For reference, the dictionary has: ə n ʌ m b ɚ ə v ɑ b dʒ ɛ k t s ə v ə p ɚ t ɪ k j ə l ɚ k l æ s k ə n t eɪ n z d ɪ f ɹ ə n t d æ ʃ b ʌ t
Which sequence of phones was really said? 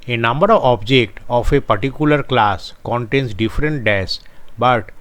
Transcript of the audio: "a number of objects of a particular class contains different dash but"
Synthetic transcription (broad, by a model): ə n ʌ m b ɚ ə v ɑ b dʒ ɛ k t ə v ə p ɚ t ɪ k j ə l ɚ k l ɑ s k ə n t eɪ n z d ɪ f ɹ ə n t d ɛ s b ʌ t